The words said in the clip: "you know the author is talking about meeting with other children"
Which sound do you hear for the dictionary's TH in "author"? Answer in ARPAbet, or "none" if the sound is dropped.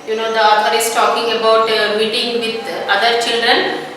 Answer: F